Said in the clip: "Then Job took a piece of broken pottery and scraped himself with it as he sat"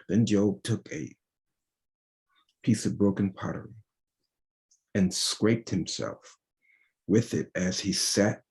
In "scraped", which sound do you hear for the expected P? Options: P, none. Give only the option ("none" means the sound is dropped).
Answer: P